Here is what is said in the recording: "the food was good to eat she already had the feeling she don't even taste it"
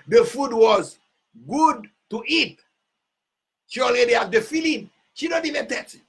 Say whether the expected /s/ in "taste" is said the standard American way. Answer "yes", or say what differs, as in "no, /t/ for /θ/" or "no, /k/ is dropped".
no, /s/ is dropped